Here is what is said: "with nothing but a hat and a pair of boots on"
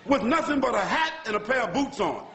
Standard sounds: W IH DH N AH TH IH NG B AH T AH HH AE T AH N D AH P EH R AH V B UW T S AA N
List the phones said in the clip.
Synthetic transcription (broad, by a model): W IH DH N AH TH IH NG B AH T AH HH AE T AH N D AH P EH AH B UW T S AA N